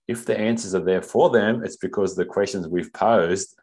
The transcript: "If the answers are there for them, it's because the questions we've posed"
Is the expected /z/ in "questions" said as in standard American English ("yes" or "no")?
yes